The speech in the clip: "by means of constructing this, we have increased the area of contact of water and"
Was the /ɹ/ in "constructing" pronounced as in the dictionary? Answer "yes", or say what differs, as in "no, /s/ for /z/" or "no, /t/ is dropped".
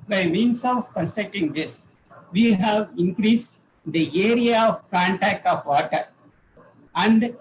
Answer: no, /ɹ/ is dropped